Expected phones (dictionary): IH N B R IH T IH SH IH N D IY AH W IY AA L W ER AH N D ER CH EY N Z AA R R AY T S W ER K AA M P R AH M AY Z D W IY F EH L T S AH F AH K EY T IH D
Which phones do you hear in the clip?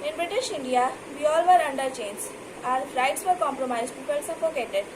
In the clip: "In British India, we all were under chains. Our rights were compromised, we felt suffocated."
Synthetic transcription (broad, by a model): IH N B R IH T IH SH IH N D IY AH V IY AA L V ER AH N D ER CH EY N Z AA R R AY T S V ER K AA M P R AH M AY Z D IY P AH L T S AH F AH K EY T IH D